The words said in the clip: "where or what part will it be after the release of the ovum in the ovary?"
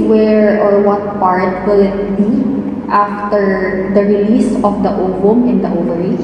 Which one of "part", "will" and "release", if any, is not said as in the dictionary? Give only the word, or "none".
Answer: none